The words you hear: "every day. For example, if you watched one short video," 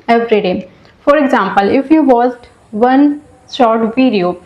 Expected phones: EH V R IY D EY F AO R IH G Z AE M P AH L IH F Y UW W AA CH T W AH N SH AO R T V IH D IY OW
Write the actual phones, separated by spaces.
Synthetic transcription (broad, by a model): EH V R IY D EY F AO R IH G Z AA M P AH L IH F Y UW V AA S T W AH N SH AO R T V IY D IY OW